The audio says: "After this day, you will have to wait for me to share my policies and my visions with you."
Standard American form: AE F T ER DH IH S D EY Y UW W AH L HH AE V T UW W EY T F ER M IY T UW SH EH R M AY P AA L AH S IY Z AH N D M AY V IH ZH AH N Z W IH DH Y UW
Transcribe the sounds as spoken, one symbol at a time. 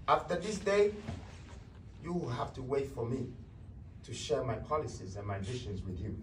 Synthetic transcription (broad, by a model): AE F T ER DH IH S D EY Y UW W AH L HH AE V T UW W EY T F ER M IY T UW SH EH R M AY P AA L AH S IY Z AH N M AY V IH SH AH N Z W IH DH Y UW